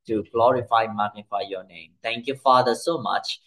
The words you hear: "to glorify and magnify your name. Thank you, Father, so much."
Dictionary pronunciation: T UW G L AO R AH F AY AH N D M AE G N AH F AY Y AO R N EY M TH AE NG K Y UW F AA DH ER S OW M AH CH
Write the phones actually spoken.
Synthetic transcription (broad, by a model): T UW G L AO R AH F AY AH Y M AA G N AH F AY Y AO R N EY M T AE NG K Y UW F AA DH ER S OW M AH CH